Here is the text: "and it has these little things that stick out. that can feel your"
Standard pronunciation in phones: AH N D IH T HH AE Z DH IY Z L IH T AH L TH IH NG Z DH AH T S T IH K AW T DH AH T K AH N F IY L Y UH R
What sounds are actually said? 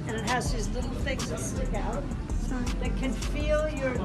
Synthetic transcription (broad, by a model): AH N IH T HH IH Z DH IY Z L IH T L TH IH NG Z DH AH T S T IH K AW T DH AH T K AH N F IY L Y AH R